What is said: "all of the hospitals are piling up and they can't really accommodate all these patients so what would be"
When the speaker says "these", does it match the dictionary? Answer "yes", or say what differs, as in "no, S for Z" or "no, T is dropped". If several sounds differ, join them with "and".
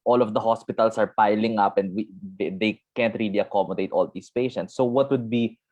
no, S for Z